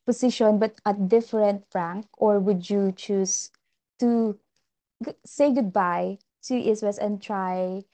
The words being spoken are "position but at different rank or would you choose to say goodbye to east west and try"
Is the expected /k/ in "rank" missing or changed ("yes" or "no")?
no